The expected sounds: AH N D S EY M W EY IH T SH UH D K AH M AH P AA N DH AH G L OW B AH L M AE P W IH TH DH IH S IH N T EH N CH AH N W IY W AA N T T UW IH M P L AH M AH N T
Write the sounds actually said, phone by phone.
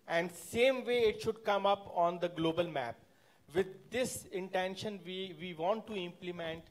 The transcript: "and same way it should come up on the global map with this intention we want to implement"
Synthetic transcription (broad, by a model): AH N D S EY M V EY IH T SH UH D K AH M AH P AA N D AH G L OW B AH L M AE P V IH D IH S IH N T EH N SH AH N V IY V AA N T T UW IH M P L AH M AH N T